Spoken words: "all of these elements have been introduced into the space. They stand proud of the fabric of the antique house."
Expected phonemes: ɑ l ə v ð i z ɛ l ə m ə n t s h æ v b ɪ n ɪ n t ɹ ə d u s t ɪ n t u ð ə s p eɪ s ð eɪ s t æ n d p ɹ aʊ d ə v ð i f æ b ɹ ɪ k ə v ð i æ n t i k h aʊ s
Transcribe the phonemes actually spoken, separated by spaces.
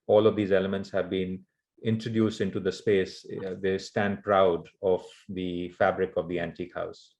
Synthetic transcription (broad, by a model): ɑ l ə v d i z ɛ l ə m ə n t s h æ v b ɪ n ɪ n t ɹ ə d u s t ɪ n t u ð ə s p eɪ s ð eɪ s t æ n d p ɹ aʊ d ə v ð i f æ b ɹ ɪ k ə v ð i æ n t i k h aʊ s